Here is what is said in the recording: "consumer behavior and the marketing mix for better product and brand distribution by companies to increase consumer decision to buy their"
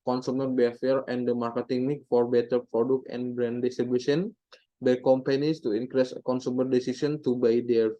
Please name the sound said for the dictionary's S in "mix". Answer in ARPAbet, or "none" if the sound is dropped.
none